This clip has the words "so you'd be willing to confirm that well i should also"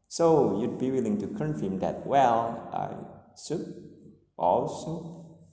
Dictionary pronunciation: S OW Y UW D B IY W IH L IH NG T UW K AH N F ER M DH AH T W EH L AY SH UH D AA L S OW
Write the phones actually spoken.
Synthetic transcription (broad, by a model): S OW Y UW D B IY W IH L IH NG T UW K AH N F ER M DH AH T W EH L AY S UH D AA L S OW